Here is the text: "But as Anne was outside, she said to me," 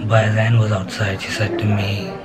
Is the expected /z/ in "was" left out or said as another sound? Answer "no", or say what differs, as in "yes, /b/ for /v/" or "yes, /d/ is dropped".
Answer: no